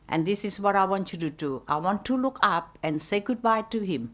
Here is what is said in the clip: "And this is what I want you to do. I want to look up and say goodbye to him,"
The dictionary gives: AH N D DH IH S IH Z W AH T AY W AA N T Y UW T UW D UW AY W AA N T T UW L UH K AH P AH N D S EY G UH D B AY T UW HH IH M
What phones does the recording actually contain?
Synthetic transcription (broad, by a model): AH N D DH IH S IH S W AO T AY W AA N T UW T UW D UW AY W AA N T T UW L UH K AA P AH N S EY G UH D B AY T UW HH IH M